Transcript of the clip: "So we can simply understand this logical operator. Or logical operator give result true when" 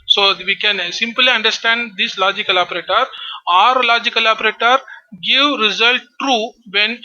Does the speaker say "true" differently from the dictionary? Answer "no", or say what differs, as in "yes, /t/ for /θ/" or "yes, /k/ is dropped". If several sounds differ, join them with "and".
no